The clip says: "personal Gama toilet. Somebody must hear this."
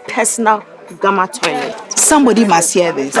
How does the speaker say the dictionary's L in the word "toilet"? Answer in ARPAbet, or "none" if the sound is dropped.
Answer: none